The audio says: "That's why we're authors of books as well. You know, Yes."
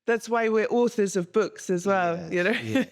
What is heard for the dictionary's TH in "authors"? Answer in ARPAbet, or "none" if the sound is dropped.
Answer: TH